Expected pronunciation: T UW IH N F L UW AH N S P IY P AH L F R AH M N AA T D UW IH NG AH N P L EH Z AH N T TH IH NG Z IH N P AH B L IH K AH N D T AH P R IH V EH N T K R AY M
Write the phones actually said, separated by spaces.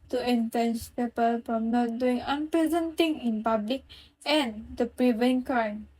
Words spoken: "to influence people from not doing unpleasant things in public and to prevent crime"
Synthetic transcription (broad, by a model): T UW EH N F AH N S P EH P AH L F R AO M N AA T D UW IH NG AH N P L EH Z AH N T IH NG IH N P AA B L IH K AH N D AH P R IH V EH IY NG K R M